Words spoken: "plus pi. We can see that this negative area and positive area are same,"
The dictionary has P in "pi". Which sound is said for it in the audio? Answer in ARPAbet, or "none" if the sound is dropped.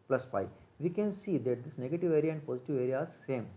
F